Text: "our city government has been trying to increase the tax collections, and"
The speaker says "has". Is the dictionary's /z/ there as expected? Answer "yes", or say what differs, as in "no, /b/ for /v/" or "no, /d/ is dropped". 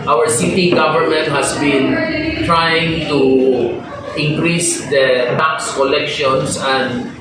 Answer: no, /s/ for /z/